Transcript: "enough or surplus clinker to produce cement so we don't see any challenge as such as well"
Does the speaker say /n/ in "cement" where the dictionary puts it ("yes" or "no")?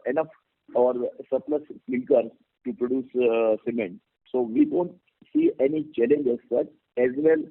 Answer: yes